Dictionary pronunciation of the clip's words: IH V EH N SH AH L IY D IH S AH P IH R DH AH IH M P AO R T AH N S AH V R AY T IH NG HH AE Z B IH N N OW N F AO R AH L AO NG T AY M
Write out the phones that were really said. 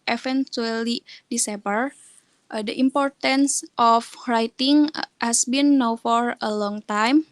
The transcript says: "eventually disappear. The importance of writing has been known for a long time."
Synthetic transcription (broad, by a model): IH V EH N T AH L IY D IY S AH B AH R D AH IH M P AO R T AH N S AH F R AY T IH NG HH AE S B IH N N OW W F AO R AH L AO NG T AY M